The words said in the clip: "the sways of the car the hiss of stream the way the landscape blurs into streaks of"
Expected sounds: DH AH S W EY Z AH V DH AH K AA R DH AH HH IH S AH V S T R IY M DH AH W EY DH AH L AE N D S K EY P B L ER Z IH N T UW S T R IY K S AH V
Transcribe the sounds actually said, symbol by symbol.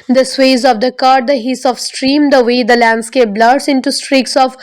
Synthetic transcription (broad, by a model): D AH S W EY Z AH V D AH K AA R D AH HH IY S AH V S T R IY M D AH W EY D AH L AE N D S K EY P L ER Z IH N T UW S T R IY K S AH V